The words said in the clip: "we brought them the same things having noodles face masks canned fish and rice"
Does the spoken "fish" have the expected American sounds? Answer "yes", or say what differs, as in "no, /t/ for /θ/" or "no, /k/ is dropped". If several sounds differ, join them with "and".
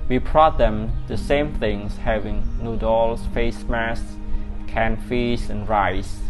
no, /s/ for /ʃ/